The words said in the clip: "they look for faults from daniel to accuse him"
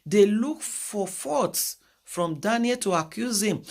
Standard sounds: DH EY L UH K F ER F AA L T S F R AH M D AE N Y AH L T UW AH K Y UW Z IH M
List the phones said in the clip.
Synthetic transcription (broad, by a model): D EY L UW K F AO F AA T S F R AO M D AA N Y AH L T UW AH K Y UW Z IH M